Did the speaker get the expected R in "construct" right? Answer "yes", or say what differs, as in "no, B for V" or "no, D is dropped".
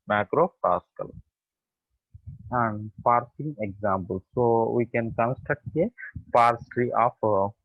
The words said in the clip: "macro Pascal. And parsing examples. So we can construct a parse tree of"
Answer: no, R is dropped